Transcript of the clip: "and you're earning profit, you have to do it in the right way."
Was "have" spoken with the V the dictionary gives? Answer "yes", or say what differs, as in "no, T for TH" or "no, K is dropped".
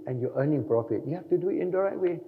no, F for V